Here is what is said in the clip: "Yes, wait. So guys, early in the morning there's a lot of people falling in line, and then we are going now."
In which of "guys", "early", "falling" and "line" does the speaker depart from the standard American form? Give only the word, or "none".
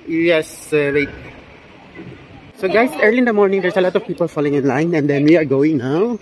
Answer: guys